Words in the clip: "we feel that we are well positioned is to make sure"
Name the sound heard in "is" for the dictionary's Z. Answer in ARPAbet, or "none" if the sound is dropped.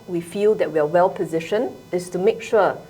S